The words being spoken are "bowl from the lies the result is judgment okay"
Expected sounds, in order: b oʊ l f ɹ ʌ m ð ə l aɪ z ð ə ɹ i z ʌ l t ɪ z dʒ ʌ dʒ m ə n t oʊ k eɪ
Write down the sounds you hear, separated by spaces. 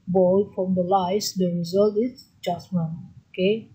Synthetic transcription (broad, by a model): b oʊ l f ɹ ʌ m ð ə l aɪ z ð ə ɹ i z ʌ l t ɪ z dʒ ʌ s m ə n oʊ k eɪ